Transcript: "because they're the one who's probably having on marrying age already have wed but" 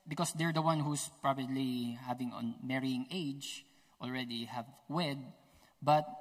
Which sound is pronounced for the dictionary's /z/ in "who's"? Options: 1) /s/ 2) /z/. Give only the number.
1